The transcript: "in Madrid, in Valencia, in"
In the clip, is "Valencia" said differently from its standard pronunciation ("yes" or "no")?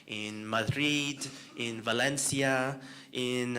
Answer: no